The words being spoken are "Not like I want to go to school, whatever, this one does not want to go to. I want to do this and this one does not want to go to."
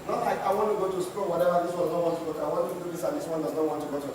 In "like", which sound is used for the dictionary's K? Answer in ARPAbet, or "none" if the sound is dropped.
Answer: none